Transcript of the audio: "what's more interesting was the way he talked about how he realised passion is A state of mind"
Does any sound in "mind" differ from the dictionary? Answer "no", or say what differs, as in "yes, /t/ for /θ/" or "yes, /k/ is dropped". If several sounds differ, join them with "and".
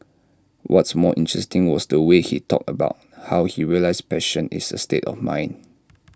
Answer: yes, /d/ is dropped